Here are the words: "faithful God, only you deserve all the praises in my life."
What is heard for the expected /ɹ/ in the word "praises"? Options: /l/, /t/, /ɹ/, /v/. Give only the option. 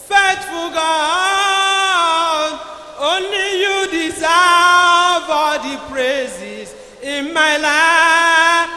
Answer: /ɹ/